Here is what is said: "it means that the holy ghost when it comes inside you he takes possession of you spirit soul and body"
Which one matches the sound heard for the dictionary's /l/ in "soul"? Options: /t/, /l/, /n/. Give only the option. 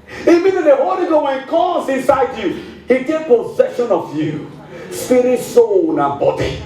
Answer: /n/